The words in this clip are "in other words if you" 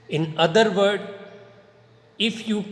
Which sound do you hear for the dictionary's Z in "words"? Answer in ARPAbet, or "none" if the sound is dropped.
none